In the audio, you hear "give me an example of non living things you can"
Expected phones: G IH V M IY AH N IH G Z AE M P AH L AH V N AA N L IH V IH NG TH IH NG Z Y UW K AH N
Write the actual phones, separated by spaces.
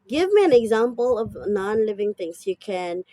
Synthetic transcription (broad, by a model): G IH V M IY AH N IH G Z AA M P AH L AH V N AA N L IH V IH NG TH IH NG S Y UW K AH N